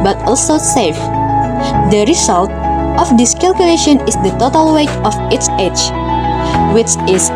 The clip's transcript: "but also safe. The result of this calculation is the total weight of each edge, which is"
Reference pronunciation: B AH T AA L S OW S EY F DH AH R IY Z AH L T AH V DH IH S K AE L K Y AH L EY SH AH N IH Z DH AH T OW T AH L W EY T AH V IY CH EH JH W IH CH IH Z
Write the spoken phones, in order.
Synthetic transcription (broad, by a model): B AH T AA L S OW S EY F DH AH R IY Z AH L T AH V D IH S K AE L K Y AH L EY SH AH N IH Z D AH T OW T AH L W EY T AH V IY S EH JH W IH CH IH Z